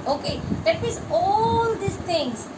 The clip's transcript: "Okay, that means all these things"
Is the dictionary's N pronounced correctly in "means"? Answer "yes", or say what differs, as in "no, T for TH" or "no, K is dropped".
no, N is dropped